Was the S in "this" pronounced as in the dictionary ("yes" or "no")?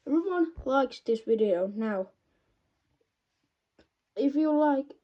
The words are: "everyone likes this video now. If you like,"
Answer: yes